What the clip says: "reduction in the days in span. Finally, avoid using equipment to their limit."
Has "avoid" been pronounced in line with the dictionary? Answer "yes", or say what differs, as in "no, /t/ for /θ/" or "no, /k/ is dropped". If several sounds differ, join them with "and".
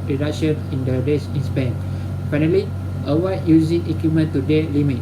no, /w/ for /v/